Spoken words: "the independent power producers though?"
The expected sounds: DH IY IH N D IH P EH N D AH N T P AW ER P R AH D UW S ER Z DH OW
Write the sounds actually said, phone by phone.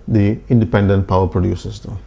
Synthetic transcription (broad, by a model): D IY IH N D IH P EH N D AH N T P AW ER P R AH D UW S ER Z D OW